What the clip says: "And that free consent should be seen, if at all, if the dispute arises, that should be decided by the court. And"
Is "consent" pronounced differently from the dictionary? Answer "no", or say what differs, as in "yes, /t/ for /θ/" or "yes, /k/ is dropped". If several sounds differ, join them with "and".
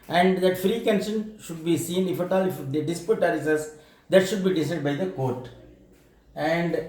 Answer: yes, /ʃ/ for /s/